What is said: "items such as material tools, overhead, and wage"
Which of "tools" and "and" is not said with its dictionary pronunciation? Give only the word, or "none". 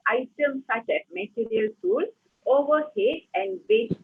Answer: tools